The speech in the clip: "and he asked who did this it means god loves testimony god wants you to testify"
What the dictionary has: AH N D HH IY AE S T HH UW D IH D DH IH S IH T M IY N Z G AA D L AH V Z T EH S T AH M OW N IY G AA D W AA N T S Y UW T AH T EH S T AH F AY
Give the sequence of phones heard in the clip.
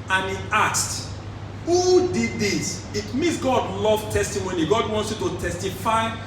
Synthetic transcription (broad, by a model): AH N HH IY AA S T HH UW D IH D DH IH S IH T M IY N S G AA D L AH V T EH S T AH M OW N IY G AA D W AA N T S Y UW T AH T EH S T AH F AY